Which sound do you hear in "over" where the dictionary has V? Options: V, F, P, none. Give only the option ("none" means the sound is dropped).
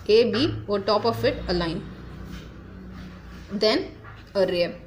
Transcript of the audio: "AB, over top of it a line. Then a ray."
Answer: none